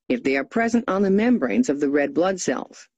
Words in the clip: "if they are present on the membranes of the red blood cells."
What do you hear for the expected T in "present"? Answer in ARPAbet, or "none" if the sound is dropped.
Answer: T